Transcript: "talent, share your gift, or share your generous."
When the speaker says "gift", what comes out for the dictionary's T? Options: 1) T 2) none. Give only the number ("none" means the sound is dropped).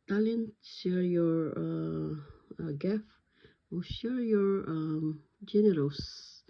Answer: 2